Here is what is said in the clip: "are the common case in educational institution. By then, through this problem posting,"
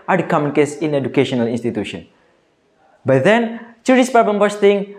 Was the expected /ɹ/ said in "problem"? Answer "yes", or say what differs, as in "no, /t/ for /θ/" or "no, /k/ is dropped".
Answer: no, /ɹ/ is dropped